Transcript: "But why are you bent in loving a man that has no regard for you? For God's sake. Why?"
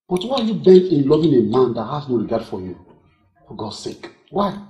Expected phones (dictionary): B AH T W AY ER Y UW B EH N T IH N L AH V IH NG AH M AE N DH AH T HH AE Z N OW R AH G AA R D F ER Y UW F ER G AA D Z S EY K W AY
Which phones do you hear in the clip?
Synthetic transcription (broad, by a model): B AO T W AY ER Y UW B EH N IH N L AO V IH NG AH M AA N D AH T HH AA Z N OW R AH G AA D F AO Y UW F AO G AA S EY K W AY